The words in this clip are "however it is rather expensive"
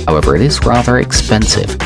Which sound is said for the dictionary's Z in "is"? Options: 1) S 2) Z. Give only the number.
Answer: 2